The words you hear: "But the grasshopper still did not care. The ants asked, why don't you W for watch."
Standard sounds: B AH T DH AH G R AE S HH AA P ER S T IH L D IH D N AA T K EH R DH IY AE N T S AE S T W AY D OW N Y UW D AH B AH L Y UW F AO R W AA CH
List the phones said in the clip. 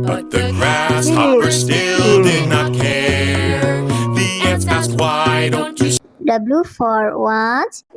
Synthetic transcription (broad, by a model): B AH T DH AH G R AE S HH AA ER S T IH L D IH D N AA T K EH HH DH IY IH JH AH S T W AY D OW N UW D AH B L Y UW F AO R W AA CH